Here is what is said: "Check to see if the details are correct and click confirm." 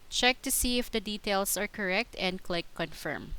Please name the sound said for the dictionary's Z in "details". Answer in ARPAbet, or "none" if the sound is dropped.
S